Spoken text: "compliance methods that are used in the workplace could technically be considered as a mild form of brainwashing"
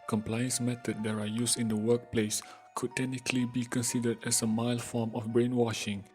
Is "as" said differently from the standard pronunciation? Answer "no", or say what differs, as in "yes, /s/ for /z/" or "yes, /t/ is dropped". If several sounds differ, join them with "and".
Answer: yes, /s/ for /z/